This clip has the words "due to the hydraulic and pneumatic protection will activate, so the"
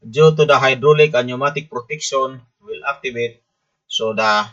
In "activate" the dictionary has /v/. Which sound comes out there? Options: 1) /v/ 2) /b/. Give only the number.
2